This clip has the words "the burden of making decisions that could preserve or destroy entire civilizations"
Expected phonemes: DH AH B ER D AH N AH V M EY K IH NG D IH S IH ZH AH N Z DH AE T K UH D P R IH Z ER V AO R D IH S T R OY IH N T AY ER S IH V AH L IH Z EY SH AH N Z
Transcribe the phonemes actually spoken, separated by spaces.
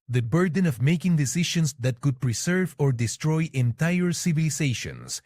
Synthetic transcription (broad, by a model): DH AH B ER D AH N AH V M EY K IH NG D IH S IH SH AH N S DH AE T K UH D P R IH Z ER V AO R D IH S T R OY IH N T AY ER S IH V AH L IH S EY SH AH N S